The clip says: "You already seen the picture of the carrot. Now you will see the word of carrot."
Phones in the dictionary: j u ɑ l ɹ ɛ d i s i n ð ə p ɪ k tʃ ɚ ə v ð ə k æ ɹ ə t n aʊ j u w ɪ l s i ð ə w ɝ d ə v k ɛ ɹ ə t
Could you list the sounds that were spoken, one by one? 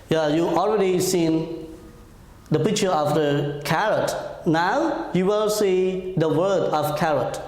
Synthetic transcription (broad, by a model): j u ɑ l ɹ ɛ d i s i n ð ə p ɪ k tʃ ɚ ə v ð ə k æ ɹ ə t n aʊ j u w ɪ l s i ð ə w ɝ d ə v k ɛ ɹ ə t